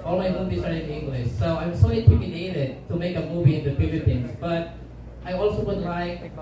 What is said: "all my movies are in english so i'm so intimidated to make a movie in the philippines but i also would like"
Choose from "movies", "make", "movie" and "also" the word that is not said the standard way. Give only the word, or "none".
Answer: movies